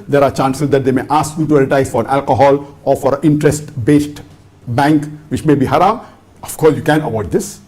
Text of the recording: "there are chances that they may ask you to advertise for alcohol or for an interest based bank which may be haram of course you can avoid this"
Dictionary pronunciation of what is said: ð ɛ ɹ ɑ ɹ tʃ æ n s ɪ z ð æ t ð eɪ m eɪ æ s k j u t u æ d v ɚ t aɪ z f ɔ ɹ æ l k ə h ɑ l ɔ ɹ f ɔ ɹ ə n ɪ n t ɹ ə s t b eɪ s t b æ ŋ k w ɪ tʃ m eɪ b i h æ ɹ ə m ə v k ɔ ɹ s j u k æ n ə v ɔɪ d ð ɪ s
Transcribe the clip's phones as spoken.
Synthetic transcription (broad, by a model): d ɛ ɹ ɑ ɹ tʃ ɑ n s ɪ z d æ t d eɪ m eɪ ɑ s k j u t u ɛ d ɚ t aɪ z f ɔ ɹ æ l k ə h ɑ l ɔ ɹ f ɔ ɹ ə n ɪ n t ɹ ə s t b eɪ s t b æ ŋ k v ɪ tʃ m eɪ b i h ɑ ɹ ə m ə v k ɔ ɹ s j u k æ n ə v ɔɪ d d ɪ s